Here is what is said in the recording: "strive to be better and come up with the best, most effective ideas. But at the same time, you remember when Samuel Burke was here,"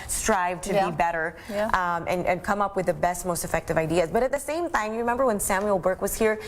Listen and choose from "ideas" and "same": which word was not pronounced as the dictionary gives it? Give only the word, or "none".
none